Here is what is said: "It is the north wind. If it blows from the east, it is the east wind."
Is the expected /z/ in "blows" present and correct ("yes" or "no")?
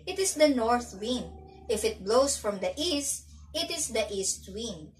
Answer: no